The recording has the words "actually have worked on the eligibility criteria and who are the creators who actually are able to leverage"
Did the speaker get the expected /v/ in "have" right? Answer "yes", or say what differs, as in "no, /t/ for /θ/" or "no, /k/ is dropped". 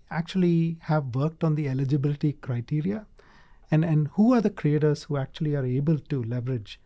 yes